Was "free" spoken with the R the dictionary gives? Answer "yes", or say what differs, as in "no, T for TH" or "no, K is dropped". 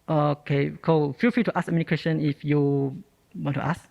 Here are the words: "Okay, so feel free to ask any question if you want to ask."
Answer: no, R is dropped